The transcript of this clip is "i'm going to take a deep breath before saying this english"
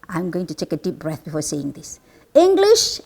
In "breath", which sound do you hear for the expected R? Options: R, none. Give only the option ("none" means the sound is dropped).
R